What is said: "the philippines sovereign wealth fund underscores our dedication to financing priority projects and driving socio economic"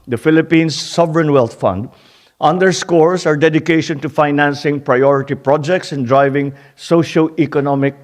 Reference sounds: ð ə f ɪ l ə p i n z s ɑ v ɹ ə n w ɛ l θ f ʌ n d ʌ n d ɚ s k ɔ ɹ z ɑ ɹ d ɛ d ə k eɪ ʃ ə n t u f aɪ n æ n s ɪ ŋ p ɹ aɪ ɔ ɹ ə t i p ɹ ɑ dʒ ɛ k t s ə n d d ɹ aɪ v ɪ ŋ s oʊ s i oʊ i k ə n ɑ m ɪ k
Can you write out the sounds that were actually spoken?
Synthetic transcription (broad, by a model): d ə f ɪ l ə p i n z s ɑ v ɹ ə n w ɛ l t f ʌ n d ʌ n d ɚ s k ɔ ɹ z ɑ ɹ d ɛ d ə k eɪ ʃ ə n t u f aɪ n æ n s ɪ ŋ p ɹ aɪ ɔ ɹ ə t i p ɹ ɑ dʒ ɛ k t s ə n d d ɹ aɪ v ɪ ŋ s oʊ ʃ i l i k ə n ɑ m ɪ k